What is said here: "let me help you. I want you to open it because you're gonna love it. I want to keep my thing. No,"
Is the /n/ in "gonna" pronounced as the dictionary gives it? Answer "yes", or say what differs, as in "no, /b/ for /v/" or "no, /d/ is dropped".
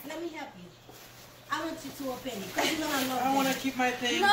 no, /n/ is dropped